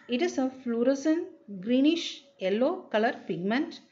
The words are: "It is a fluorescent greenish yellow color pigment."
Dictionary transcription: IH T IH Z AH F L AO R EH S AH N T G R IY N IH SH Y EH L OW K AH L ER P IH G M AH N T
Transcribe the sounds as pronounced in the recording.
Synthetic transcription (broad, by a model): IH T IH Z AH F L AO R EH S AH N G R IY N IH SH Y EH L OW K AH L ER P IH G M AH N T